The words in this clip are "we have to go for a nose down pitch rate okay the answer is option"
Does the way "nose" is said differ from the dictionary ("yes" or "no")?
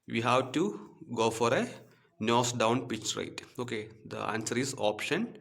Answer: yes